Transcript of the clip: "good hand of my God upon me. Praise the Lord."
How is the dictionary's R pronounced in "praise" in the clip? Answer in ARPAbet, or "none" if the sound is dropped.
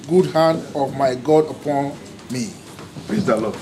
L